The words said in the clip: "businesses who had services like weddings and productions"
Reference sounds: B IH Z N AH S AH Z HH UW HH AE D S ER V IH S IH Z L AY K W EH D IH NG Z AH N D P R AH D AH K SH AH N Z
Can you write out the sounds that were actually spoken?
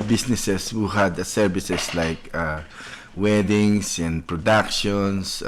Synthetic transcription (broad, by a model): B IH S N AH S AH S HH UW HH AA D S ER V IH S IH S L AY K W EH D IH NG S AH N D P R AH D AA K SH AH N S